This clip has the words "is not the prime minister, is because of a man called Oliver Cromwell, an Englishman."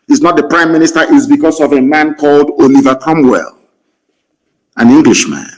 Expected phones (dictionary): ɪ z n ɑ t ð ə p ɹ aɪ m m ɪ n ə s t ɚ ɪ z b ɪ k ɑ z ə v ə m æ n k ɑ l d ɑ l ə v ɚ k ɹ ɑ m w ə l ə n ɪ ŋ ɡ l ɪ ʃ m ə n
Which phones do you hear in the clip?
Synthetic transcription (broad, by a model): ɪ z n ɑ t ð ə p ɹ aɪ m m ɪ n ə s t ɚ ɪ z b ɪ k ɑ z ə v ə m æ n k ɑ l d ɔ l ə v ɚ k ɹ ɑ m w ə l ə n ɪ ŋ ɡ l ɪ ʃ m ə n